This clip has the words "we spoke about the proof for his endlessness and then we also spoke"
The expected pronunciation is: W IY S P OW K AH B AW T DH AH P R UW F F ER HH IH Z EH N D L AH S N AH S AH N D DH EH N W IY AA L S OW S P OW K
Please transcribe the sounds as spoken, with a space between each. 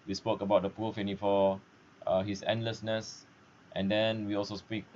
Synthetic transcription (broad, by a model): W IY S P OW K AH B AW T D AH P UW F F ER HH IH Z EH N D L AH S N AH S AH N D EH N W IY AA L S OW S P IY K